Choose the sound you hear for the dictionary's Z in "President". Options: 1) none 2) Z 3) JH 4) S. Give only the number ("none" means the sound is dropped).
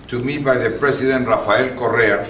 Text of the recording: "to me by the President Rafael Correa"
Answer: 4